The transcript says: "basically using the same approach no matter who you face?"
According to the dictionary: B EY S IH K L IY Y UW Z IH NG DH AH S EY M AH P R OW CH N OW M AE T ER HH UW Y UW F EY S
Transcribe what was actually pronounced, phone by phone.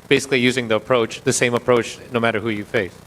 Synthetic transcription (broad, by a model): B EY S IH K L IY Y UW Z IH NG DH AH S EY M AH P R OW CH N OW M AE T ER HH UW Y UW F EY S